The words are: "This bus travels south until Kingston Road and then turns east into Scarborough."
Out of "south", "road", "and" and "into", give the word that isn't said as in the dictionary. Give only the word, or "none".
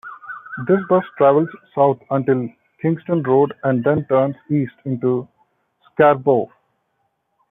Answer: south